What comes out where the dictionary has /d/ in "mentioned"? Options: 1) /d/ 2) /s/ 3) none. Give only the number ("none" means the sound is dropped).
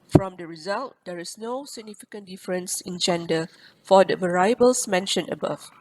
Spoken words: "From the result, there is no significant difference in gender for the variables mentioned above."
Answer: 3